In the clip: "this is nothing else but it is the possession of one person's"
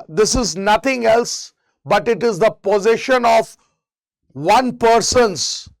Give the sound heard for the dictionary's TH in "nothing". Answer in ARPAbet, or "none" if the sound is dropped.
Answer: T